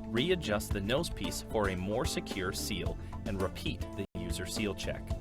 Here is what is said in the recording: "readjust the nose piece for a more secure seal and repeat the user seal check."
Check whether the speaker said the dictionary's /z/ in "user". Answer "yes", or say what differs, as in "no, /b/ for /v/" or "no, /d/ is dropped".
yes